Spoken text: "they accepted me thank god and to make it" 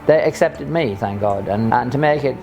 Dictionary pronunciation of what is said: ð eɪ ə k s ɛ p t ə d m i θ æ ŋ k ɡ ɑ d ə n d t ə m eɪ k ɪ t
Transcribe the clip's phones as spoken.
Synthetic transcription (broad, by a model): ð eɪ ə k s ɛ p t ə d m i θ æ ŋ k ɡ ɑ d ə n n t ə m eɪ k ɪ t